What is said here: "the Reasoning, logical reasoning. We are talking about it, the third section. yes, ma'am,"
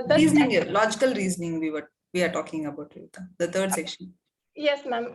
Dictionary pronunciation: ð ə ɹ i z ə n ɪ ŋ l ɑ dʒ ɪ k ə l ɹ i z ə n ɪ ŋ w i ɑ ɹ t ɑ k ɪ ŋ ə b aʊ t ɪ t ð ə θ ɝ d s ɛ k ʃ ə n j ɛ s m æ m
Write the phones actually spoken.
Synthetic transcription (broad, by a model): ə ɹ i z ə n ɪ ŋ l ɑ dʒ ɪ k ə l ɹ i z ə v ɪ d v i ɑ ɹ t ɑ k ɪ ŋ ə b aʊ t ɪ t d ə t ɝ d s ɛ k ʃ ə n j ɛ s m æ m